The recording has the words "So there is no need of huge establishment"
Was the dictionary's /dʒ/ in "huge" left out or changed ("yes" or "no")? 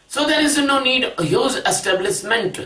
yes